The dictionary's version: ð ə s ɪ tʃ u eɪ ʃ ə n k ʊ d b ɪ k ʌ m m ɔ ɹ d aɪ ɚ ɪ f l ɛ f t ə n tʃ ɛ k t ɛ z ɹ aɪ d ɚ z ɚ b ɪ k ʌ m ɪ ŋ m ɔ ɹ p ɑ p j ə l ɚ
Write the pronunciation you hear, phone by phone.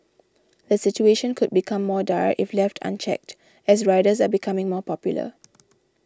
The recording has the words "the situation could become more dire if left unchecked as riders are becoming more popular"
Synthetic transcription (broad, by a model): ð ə s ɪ tʃ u eɪ ʃ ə n k ʊ d b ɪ k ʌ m m ɔ d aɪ ɪ f l ɛ f t ə n tʃ ɛ k t ɛ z ɹ aɪ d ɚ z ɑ b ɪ k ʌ m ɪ ŋ m ɔ p ɑ p j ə l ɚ